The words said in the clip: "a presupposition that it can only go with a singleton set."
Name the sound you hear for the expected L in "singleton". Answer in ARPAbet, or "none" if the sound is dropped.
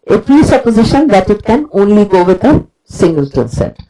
L